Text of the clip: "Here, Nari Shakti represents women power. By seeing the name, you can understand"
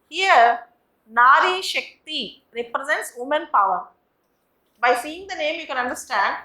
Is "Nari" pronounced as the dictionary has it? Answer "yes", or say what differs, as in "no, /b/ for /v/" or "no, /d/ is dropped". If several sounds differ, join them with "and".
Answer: yes